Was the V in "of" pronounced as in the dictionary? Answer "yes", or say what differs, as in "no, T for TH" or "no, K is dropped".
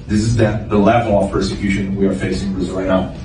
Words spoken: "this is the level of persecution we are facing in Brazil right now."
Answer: no, F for V